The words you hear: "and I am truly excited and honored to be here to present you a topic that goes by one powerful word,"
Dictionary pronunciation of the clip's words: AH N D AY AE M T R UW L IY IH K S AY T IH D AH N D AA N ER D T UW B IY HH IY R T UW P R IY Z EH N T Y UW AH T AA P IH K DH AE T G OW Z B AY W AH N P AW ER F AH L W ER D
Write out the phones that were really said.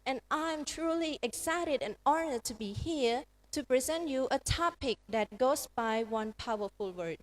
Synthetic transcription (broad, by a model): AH N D AY M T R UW L IY IH K S AY T IH D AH N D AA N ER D T UW B IY HH IY R T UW P R IY Z EH N T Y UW AH T AA P IH K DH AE T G OW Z B AY W AH N P AW ER F AH L W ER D